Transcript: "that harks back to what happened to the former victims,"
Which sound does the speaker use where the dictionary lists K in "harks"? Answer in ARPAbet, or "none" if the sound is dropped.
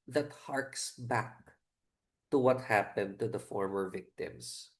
K